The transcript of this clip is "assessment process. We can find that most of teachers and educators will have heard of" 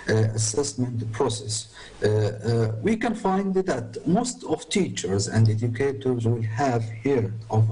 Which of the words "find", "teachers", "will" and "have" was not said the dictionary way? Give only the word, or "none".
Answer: none